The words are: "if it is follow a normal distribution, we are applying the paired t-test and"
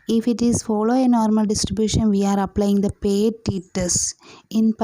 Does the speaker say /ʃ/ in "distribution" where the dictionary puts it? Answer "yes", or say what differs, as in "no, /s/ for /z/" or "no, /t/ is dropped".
yes